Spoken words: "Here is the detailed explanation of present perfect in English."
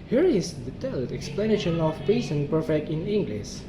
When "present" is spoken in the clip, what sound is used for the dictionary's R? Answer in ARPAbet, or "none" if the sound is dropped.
none